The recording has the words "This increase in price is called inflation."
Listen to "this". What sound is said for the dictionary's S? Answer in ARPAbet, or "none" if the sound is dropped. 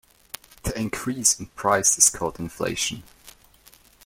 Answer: none